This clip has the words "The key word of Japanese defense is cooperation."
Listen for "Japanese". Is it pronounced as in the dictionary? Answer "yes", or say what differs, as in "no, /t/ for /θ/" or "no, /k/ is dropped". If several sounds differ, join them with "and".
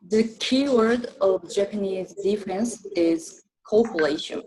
yes